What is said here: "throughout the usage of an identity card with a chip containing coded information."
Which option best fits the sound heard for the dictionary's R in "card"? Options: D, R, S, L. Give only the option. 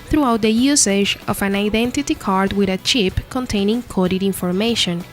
R